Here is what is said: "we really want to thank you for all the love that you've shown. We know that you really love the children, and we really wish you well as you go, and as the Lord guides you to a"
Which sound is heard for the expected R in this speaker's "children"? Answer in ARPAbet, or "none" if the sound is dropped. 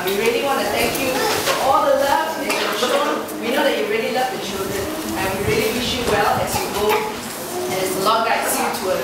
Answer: none